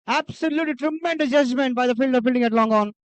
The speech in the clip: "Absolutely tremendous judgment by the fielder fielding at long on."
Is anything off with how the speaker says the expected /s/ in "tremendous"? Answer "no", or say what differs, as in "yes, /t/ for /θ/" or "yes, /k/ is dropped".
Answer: yes, /s/ is dropped